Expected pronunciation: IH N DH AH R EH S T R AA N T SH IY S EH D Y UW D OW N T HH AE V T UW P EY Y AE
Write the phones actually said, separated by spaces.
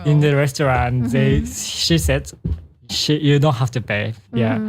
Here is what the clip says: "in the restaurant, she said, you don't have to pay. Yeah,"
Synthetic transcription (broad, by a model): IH N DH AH R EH S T R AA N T SH IY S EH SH Y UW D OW N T HH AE F T UW P EY Y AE